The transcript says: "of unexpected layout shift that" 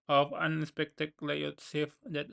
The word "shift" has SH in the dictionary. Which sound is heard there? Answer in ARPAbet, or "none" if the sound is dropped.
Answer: S